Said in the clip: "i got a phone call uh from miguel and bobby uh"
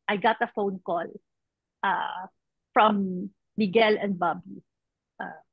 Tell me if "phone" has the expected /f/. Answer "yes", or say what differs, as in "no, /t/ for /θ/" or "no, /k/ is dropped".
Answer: yes